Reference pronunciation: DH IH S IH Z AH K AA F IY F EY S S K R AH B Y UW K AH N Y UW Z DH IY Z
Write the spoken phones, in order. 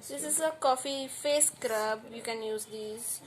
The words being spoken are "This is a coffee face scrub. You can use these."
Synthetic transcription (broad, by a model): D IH S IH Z AH K AA F IY F EY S S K R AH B Y UW K AH N Y UW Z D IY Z